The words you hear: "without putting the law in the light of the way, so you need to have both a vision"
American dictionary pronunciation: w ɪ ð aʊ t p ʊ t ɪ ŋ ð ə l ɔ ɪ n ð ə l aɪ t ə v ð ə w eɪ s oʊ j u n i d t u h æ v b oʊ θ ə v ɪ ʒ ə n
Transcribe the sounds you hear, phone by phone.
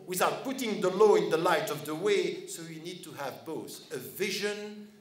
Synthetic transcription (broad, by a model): w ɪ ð aʊ t p ʊ t ɪ ŋ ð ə l ɔ ɪ n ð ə l aɪ t ə v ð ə w eɪ s oʊ j u n i d t u h æ v b oʊ θ ə v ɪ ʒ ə n